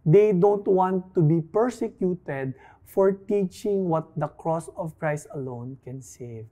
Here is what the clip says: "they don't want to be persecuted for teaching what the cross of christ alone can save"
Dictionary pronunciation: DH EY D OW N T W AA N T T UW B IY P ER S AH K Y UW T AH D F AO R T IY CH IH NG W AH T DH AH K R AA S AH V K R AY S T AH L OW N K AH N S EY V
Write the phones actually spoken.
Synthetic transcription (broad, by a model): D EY D OW N T W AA N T T UW B IY P ER S AH K Y UW T AH D F AO R T IY CH IH NG W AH T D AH K R AA S AH V K R AY S T AH L OW N K AH N S EY V